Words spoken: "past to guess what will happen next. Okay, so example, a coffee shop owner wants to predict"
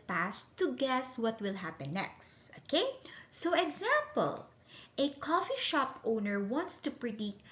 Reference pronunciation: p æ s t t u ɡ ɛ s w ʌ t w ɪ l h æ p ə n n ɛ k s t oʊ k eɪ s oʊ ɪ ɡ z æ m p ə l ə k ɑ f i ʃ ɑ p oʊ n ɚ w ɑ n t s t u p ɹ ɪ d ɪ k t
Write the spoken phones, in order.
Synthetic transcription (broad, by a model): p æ s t t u ɡ ɛ s w ʌ t w ɪ l h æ p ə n n ɛ k s t oʊ k eɪ s oʊ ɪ ɡ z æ m p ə l ə k ɑ f i ʃ ɑ p oʊ n ɚ w ɑ n t s t u p ɹ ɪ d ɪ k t